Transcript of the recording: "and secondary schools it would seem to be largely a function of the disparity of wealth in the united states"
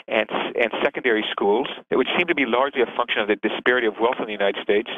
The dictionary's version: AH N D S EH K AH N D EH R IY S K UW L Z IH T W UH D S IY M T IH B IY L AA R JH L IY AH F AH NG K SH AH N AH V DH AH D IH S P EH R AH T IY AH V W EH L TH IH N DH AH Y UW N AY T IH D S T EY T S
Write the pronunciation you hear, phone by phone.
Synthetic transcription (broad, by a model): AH N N S EH K AH N D EH R IY S K UW L Z IH T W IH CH S IY M T IH B IY L AA R JH L IY AH F AH NG K SH AH N AH V DH AH D IH S P EH R AH T IY AH V W EH L TH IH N DH AH Y UW N AY T IH D S T EY T S